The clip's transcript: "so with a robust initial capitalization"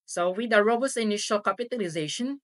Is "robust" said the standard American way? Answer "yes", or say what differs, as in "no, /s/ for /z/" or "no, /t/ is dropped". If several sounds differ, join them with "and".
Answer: no, /t/ is dropped